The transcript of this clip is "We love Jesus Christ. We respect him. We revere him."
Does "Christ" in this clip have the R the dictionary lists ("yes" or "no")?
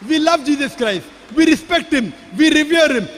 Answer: yes